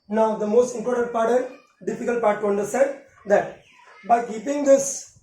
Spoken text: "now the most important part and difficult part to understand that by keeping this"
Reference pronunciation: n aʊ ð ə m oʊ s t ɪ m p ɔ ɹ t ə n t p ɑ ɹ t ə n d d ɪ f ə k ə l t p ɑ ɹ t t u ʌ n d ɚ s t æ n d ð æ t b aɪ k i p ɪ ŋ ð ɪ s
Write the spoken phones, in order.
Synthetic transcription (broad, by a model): n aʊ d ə m oʊ s t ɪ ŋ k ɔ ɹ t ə t p ɑ ɹ t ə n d d ɪ f ə k ə l t p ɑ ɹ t t u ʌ n d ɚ s t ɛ n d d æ t b aɪ k i p ɪ ŋ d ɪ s